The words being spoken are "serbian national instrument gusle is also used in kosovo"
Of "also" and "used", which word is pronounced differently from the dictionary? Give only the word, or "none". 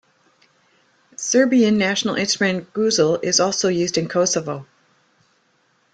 none